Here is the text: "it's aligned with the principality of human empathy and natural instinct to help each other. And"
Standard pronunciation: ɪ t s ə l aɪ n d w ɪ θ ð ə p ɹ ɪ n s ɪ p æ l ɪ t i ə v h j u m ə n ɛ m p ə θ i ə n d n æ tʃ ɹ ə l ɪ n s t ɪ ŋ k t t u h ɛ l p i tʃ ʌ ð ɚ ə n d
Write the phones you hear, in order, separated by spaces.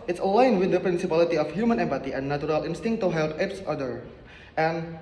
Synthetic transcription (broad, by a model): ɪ t s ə l aɪ n w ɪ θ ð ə p ɹ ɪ n s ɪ p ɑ l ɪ t i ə f h j u m ə n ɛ m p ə t i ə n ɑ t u ɹ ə l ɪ n s t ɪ ŋ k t t u h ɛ l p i s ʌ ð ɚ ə n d